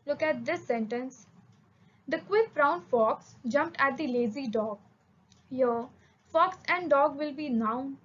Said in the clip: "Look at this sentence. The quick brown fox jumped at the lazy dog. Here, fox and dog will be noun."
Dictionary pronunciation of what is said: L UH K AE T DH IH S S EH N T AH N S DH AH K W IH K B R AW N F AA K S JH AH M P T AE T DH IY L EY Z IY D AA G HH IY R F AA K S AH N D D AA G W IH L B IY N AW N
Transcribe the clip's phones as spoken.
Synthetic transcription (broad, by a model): L UH K AE T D IH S S EH N T AH N S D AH K W IH K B R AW N F AA K S JH AH M P T AE T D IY L EY Z IY D AA G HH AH F AA K S AH N D D AA G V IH L B IY N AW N